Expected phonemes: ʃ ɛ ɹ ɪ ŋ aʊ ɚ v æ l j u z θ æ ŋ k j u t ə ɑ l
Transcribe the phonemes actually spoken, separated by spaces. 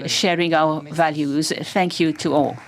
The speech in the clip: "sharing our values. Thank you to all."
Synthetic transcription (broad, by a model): ʃ ɛ ɹ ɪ ŋ aʊ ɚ v æ l j u z θ æ ŋ k j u t ə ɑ l